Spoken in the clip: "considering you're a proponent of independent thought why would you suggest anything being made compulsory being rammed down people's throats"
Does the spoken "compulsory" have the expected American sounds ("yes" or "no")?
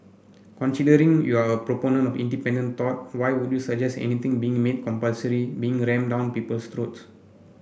yes